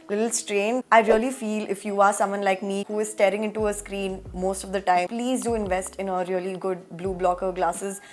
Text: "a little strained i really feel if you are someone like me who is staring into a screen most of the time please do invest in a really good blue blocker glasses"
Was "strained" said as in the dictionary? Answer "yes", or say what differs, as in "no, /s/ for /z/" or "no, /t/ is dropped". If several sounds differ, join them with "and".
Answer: no, /d/ is dropped